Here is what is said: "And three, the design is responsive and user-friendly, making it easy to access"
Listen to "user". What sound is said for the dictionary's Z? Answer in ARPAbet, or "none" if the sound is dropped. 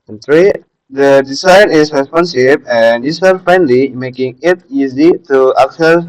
S